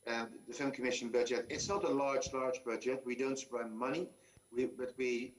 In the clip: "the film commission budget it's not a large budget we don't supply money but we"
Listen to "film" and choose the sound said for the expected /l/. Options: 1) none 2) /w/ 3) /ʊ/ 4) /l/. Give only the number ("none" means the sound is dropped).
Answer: 1